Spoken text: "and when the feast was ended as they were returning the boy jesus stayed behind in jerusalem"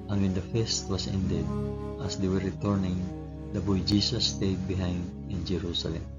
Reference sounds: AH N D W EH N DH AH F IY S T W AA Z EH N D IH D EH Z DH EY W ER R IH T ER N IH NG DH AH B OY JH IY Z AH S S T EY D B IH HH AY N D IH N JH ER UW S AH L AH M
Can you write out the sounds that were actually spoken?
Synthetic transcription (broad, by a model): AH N W EH N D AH F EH S T W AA S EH N D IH D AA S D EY W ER R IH T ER N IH NG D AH B OY JH IY S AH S S T EY D B IH HH AY N D IH N JH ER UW S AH L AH M